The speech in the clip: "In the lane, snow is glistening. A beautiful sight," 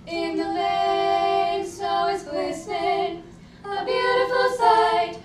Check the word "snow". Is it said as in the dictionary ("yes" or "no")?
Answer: no